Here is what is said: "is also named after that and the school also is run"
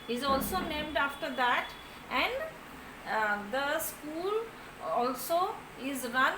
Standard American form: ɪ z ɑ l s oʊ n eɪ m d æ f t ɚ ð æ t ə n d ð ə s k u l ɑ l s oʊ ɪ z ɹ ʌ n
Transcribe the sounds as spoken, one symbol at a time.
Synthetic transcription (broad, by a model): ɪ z ɑ l s oʊ n eɪ m d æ f t ɚ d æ t ə n d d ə s k u l ɑ l s oʊ ɪ z ɹ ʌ n